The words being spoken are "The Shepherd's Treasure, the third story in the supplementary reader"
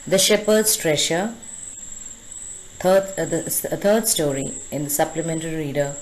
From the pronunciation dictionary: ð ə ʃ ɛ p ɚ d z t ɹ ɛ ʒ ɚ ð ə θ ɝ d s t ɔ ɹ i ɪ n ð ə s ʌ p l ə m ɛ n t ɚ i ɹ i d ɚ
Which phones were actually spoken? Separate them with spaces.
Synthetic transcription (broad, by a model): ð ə ʃ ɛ p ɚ d s t ɹ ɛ ʃ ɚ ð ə t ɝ d s t ɔ ɹ i ɪ n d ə s ʌ p l ə m ɛ n t ɚ i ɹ i d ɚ